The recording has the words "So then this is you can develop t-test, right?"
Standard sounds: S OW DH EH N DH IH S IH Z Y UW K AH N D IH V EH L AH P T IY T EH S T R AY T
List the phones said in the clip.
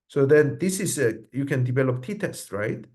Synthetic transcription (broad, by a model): S OW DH EH N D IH S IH S Y UW K AH N D IH V EH L AH P T IY T EH S T R AY T